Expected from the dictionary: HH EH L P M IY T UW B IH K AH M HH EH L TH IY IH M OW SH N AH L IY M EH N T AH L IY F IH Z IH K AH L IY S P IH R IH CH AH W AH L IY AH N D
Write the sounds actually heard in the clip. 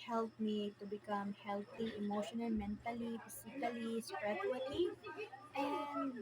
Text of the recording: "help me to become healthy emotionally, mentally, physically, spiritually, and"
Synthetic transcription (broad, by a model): HH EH L P M IY T UW B IH K AH M HH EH L T IY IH M OW SH N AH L M EH N T AH L IY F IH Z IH K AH L IY S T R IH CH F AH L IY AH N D